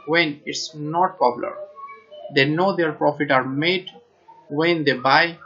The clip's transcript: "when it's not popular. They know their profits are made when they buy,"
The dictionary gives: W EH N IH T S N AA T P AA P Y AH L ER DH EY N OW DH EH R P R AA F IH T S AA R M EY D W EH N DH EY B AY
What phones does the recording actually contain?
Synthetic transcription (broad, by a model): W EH N IH T S N AA T P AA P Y L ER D EY N OW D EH R P R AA F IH T AA R M EY D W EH N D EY B AY